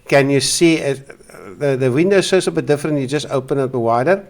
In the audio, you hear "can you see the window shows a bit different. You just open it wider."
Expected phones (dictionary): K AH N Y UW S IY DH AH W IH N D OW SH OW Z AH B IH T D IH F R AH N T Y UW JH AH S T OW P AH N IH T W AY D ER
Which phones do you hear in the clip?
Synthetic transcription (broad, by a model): K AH N Y UW S IY DH AH W IH N D OW S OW S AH B IH T D IH F R AH N T Y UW JH AH S T OW P AH N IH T W AY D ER